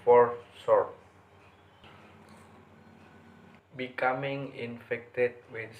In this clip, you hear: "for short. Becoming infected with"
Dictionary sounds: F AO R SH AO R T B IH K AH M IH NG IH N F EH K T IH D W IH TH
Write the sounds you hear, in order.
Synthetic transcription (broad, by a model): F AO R S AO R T B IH K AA M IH NG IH N F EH K T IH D W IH